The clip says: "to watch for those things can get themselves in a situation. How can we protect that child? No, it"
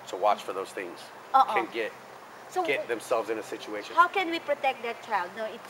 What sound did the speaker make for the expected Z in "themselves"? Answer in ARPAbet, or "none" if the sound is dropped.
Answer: Z